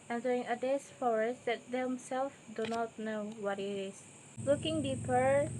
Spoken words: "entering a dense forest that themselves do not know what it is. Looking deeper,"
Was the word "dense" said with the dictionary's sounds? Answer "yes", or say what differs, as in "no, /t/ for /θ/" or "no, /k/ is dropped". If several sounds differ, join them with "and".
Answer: no, /n/ is dropped